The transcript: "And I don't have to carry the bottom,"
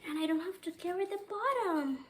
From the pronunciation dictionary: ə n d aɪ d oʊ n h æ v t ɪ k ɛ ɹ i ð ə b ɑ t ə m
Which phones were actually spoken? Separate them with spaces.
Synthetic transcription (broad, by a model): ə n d aɪ d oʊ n h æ f t ɪ k ɛ ɹ i ð ə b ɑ t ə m